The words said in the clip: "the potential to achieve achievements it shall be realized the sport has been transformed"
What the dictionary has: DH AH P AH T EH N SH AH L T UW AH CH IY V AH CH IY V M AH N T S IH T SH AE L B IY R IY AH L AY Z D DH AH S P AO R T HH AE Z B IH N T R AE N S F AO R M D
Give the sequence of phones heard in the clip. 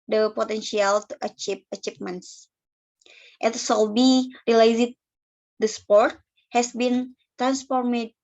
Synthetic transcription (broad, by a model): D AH P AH T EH N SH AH L T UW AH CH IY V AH CH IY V M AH N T S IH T S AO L B IY R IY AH L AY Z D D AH S P AO R T HH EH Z B IH N T R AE N S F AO R M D